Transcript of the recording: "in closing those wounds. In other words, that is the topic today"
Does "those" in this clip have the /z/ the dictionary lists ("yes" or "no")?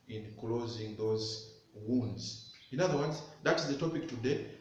yes